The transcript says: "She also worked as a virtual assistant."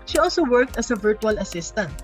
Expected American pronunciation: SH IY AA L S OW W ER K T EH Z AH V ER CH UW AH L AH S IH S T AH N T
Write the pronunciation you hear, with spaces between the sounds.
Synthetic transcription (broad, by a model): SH IY AA L S OW W ER K T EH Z AH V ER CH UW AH L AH S IH S T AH N T